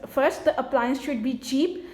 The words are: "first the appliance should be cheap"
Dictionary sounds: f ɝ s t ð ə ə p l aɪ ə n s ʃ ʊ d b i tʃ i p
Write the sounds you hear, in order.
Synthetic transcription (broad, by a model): f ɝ s t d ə ə p l aɪ ə n s ʃ ʊ d b i tʃ i p